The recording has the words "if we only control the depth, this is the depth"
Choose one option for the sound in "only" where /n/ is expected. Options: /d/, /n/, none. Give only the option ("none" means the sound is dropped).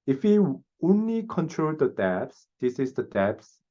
/n/